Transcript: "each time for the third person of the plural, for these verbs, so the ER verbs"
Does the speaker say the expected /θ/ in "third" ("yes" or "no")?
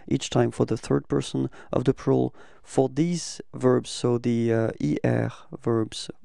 yes